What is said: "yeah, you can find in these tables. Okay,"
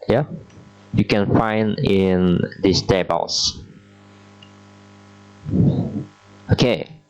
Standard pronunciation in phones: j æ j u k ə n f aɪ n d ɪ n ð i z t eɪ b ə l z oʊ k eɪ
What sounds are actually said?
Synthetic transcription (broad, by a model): j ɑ j u k ə n f aɪ n d ɪ n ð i s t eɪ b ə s oʊ k eɪ